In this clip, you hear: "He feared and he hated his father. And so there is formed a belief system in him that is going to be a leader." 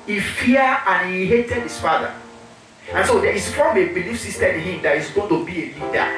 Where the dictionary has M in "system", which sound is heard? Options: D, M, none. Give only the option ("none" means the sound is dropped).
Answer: none